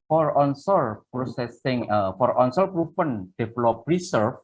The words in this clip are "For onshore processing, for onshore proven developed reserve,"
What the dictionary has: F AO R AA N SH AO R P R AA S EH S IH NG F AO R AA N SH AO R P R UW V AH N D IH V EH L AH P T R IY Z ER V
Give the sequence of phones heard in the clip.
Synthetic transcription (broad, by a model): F AO R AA N S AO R P R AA S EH S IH NG F AO R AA N S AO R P R UW P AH N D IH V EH L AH P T R IY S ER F